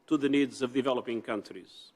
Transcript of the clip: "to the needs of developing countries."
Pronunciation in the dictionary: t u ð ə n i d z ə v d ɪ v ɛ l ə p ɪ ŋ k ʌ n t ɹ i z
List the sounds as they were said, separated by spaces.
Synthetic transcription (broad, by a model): t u ð ə n i d z ə v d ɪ v ɛ l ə p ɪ ŋ k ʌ n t ɹ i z